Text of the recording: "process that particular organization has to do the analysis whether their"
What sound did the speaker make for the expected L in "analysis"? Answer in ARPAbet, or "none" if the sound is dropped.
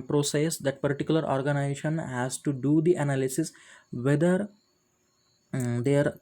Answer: L